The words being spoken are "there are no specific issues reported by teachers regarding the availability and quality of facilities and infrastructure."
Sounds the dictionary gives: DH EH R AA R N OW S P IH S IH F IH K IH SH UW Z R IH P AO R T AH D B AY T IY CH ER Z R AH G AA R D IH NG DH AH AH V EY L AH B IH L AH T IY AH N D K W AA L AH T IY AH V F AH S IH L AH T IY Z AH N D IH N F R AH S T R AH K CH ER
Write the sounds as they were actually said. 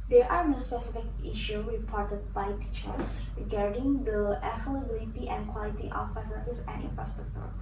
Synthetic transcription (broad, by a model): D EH R AA R N OW S P IH S IH F IH K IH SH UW R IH P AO R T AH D B AY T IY CH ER S R AH G AA R D IH NG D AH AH F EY L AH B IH L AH T IY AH N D K W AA L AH T IY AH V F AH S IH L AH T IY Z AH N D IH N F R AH S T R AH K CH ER